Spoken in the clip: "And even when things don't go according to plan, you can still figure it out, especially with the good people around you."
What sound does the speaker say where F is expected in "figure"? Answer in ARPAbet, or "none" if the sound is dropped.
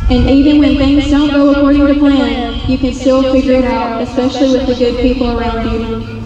F